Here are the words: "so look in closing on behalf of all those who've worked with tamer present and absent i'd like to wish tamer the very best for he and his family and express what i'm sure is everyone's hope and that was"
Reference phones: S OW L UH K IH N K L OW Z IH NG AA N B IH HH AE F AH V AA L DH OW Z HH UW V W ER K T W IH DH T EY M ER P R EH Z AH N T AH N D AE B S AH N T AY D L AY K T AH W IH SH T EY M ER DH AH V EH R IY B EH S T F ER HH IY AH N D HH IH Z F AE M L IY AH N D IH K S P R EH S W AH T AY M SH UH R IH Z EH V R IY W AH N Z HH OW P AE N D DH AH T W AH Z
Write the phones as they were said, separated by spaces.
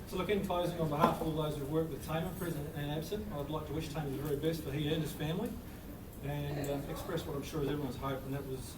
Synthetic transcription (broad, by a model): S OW L UH K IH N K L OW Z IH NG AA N B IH HH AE F AH V DH OW Z HH UW V W ER K T W IH DH T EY M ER P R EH Z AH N AH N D AE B S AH N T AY D L AY K T AH W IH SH T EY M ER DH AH V EH R IY B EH S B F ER HH IY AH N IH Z F AE M L IY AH N IH K S P R EH S W AH T AY M SH UH R IH Z EH V R IY W AH N Z HH OW P N DH AH T W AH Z